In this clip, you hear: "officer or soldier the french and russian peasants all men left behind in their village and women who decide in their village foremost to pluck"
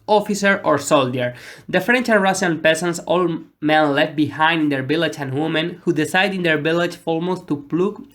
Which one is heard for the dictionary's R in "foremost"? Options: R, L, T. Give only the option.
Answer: L